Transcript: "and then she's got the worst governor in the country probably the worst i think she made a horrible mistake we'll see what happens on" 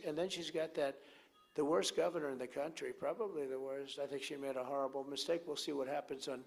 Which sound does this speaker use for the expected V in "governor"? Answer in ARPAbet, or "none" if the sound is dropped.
V